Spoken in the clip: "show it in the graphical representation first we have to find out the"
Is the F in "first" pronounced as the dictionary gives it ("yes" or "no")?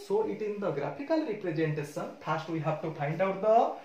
no